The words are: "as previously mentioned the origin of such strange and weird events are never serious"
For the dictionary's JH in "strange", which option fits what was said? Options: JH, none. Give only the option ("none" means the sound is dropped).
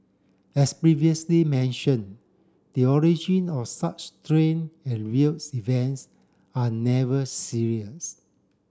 none